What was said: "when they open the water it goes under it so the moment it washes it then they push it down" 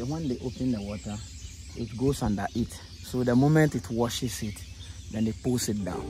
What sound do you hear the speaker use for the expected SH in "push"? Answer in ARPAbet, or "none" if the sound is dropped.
S